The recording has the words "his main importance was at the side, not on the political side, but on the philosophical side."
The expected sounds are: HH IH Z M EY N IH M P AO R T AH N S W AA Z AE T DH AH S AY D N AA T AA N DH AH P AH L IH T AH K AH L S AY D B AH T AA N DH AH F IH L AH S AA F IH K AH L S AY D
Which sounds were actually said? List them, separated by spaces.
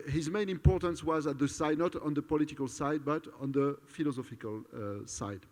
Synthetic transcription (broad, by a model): HH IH Z M EY N IH M P AO R T AH N S W AA Z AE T DH AH S AY D N AA T AA N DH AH P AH L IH T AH K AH L S AY D B AH T AA N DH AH F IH L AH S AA F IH K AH L S AY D